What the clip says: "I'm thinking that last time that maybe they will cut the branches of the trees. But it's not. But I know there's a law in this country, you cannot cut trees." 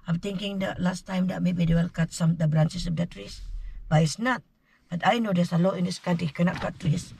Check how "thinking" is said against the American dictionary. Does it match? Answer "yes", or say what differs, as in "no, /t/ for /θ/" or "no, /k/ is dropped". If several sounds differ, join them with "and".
no, /t/ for /θ/